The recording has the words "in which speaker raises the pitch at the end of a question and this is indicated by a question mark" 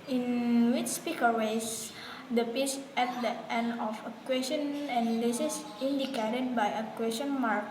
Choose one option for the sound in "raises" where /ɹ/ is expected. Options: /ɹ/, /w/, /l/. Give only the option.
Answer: /w/